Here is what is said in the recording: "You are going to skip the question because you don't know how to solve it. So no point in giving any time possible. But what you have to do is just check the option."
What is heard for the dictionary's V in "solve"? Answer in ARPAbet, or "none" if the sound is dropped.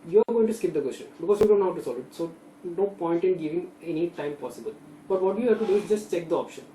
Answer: none